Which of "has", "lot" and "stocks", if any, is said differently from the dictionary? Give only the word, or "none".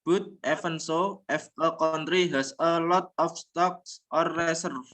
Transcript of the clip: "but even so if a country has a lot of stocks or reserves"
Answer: has